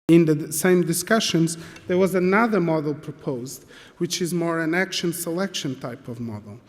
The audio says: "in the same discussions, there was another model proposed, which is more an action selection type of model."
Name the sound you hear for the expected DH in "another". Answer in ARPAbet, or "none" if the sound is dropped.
DH